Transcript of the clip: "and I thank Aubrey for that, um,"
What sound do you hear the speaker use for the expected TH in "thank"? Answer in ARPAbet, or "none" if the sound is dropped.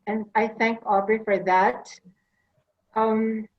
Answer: TH